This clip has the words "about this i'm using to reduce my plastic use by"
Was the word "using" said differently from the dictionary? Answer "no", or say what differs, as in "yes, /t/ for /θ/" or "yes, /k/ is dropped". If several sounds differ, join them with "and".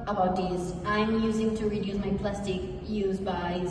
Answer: no